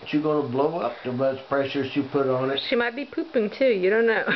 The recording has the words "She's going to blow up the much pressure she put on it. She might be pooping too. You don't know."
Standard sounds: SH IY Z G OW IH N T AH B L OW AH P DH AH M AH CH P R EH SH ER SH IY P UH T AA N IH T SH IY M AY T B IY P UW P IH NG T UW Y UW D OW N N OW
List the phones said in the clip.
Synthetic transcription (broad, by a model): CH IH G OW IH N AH B L OW AH P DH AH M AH S P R EH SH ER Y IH P UH T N IH T SH IY M AY T B IY P UW P IH NG T UW Y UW D OW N N OW